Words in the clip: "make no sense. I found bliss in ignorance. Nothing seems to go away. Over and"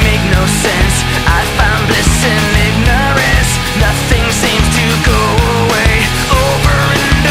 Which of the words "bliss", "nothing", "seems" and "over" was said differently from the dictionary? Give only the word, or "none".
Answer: none